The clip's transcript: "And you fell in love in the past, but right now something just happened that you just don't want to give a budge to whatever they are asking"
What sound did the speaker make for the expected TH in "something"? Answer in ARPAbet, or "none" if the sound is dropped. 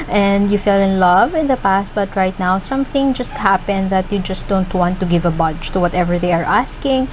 TH